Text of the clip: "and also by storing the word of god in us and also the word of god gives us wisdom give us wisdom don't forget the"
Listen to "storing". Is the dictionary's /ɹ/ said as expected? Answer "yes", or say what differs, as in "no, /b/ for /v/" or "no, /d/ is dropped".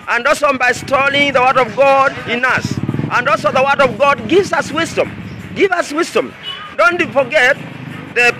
no, /l/ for /ɹ/